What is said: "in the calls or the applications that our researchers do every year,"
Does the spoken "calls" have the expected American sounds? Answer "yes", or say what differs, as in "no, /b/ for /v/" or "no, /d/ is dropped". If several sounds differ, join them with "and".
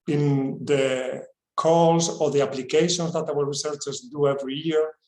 no, /s/ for /z/